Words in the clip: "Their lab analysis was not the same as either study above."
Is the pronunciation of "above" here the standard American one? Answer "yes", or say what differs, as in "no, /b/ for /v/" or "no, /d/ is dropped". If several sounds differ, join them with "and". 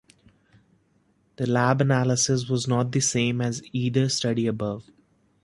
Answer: yes